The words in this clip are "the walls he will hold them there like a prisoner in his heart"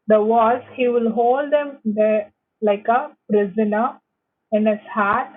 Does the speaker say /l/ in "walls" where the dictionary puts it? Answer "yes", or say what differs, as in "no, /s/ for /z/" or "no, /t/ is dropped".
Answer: no, /l/ is dropped